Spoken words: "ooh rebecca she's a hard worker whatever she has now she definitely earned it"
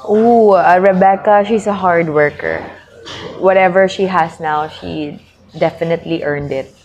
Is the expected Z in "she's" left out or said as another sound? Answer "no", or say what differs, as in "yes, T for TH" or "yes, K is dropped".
yes, S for Z